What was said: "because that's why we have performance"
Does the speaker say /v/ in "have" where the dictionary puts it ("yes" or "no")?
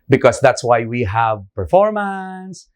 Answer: yes